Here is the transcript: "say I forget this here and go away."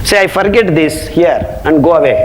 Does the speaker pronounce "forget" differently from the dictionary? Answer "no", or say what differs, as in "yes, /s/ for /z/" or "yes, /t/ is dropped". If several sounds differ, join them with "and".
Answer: no